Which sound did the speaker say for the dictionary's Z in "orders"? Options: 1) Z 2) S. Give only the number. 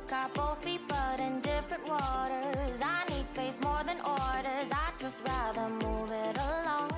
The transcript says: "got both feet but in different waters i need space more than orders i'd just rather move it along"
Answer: 1